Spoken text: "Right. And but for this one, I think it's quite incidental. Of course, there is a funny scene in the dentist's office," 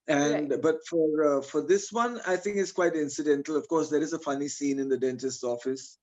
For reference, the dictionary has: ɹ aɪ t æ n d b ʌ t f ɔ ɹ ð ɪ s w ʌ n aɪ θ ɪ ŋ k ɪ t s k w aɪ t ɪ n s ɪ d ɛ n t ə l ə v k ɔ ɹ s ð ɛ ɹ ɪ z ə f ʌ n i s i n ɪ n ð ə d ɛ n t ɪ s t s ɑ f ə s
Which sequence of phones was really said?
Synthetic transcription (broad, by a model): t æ n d b ʌ t f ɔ ɹ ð ɪ s w ʌ n aɪ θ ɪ ŋ k ɪ t s k w aɪ t ɪ n s ɪ d ɛ n t ə l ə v k ɔ ɹ s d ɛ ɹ ɪ z ə f ʌ n i s i n ɪ n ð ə d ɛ n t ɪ s t ɑ f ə s